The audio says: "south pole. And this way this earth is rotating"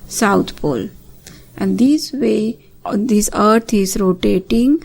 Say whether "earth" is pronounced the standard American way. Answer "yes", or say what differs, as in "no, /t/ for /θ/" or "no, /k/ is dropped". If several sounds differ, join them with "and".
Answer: no, /t/ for /θ/